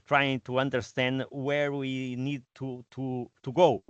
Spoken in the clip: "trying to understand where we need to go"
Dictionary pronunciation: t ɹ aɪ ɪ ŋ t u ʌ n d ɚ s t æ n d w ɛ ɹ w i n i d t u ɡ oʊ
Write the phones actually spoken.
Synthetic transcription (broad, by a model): t ɹ aɪ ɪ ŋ t u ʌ n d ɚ s t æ n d w ɛ ɹ w i n i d t u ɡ oʊ